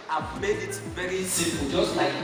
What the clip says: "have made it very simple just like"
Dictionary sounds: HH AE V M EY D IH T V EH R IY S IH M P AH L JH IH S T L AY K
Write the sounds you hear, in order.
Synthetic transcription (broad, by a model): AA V M EY D IH T V EH R IY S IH P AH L JH IH S T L AY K